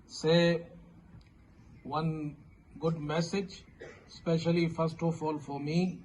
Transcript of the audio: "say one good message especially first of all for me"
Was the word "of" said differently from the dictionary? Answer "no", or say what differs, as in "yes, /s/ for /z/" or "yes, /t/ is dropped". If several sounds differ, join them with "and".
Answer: yes, /f/ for /v/